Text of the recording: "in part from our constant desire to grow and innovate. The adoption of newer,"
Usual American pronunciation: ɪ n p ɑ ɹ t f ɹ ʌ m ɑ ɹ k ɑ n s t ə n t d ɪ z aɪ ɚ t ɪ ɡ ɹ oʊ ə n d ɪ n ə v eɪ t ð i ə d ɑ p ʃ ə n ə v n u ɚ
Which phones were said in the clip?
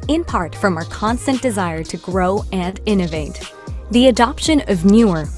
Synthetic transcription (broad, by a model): ɪ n p ɑ ɹ t f ɹ ʌ m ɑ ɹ k ɑ n s t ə n d ɪ z aɪ ɚ t ɪ ɡ ɹ oʊ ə n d ɪ n ə v eɪ t ð i ə d ɑ p ʃ ə n ə v n u ɚ